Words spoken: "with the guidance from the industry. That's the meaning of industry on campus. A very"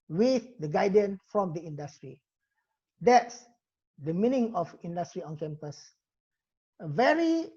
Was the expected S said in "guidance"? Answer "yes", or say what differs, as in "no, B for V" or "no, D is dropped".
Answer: no, S is dropped